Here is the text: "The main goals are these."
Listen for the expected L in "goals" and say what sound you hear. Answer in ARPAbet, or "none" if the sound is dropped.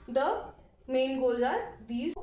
none